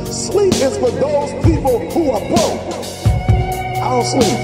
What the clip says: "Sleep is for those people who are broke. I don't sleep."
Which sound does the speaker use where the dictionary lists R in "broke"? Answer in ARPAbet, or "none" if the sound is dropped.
none